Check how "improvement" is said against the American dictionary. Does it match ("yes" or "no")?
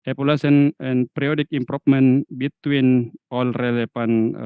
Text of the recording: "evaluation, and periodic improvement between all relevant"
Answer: no